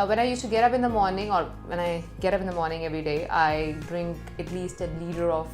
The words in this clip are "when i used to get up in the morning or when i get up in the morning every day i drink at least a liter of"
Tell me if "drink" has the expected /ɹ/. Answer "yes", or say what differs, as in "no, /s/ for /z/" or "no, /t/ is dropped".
yes